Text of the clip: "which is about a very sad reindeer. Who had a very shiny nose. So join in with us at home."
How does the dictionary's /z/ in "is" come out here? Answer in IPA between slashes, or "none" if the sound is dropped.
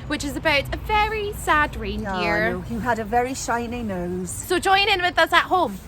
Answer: /z/